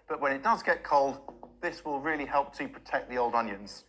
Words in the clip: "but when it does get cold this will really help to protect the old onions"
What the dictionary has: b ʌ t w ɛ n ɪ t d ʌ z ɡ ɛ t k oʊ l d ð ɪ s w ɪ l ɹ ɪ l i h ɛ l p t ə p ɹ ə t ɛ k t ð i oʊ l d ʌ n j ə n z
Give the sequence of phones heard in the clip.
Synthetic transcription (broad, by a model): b ʌ t w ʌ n ɪ t d ʌ z ɡ ɛ t k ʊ l d ð ɪ s w ɪ l ɹ ɪ l i h ɛ l p t ə p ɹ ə t ɛ k ð i oʊ l d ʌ n j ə n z